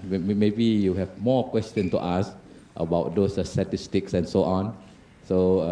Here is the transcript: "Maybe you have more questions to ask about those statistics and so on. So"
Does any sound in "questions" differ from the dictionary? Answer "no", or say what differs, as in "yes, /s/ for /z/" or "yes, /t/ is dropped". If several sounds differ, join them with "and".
yes, /z/ is dropped